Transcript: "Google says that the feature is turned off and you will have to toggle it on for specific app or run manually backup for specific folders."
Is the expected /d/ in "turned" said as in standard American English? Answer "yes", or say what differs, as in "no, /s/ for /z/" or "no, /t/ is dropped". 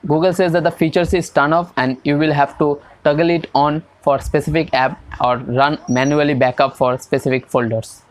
no, /d/ is dropped